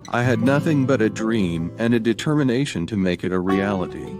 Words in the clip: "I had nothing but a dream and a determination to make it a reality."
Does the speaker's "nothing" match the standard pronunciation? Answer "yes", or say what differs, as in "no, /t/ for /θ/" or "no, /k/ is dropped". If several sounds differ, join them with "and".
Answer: yes